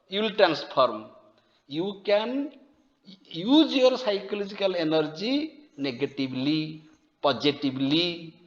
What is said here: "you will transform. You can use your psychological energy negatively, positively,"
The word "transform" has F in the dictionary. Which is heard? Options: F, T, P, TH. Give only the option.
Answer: P